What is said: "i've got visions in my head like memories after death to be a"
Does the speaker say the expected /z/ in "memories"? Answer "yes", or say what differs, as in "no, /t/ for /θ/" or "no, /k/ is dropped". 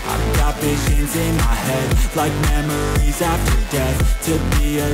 yes